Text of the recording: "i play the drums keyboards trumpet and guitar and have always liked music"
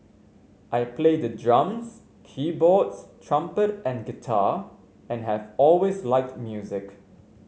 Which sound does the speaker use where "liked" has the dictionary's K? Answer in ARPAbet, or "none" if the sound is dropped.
K